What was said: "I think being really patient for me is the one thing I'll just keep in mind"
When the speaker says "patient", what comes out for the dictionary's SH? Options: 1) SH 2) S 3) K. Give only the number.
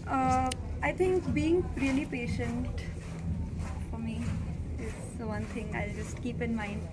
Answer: 1